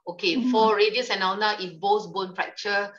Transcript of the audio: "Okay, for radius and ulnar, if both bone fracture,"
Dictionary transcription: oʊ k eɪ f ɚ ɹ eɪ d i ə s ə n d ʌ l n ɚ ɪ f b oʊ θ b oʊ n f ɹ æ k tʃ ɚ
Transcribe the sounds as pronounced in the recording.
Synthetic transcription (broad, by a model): oʊ k eɪ f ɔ ɹ eɪ d i ə s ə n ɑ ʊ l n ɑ ɪ f b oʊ s b oʊ n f ɹ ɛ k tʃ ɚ